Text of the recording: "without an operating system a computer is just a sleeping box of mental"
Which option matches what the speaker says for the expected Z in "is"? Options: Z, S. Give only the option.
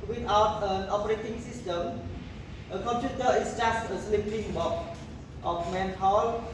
S